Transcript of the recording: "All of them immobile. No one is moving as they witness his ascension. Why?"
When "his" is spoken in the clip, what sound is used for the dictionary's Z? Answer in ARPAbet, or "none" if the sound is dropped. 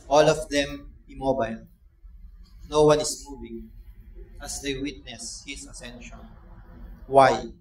S